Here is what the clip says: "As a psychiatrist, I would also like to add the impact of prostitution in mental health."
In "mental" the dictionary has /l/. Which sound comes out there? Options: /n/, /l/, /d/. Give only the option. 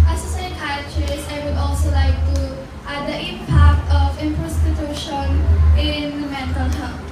/n/